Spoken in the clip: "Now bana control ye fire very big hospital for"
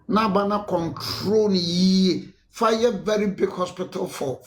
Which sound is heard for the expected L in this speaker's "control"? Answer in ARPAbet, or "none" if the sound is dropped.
N